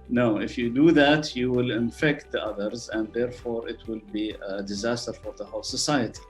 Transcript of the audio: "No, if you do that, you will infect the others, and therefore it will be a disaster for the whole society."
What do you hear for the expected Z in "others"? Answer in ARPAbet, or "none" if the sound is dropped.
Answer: Z